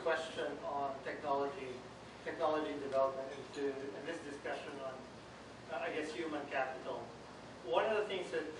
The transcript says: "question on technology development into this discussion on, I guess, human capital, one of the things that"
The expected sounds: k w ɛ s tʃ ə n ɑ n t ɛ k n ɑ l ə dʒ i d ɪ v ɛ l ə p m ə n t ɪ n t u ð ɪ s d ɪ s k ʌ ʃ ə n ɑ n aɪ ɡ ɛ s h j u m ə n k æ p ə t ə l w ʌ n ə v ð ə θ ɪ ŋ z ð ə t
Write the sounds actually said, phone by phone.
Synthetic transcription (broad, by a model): k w ɛ s tʃ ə n ɑ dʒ t ɛ k n ɑ l ə dʒ i d ɪ v ɛ l ə p m ə n t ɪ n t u ð ɪ s d ɪ s k ʌ ʃ ə n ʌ n aɪ ɡ ɛ s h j u m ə n k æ p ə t l w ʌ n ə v ð ə θ ɪ ŋ z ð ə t